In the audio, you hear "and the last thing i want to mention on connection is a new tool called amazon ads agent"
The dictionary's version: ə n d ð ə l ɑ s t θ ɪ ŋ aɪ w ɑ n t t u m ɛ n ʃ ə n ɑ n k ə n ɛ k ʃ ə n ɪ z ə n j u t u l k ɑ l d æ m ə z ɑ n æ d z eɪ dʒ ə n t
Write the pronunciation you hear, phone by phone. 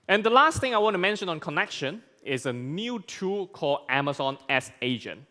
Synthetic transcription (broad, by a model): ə n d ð ə l ɑ s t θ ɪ ŋ aɪ w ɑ n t t u m ɛ n ʃ ə n ɑ n k ə n ɛ k ʃ ə n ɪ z ə n j u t u k ɑ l æ m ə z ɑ n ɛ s eɪ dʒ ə n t